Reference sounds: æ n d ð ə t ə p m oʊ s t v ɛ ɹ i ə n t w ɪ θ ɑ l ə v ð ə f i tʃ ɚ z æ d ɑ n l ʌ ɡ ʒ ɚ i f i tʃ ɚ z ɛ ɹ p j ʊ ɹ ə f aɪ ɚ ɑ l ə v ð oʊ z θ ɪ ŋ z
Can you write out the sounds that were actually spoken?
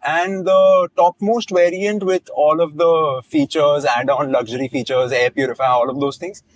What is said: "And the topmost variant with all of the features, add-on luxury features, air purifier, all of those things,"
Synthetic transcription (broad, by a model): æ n d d ə t ə p m oʊ s t v ɛ ɹ i ə n t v ɪ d ɑ l ə v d ə f i tʃ ɚ z æ d ɑ n l ʌ ɡ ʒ ɚ i f i tʃ ɚ z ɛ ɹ p j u ɹ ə f aɪ ɑ l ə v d oʊ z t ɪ ŋ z